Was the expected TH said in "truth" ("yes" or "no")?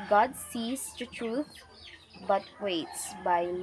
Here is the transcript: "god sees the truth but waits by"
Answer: no